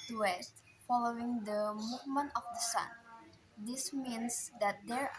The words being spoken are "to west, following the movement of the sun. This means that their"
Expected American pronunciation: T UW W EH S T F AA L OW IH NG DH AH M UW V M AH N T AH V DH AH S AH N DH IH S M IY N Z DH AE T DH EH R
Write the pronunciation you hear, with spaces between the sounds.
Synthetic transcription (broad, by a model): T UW W EH S T F AA L OW IH NG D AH M UW V M AH N T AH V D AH S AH N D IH S M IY N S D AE T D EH R